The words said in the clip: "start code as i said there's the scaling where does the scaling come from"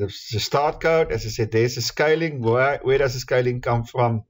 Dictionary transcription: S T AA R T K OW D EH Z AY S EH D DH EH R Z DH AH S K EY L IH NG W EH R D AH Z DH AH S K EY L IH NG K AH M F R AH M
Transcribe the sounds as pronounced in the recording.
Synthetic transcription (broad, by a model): S T AA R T K OW D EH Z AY S EH D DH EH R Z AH S K EY L IH NG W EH W D AH Z DH AH S K EY L IH NG K AH M F R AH M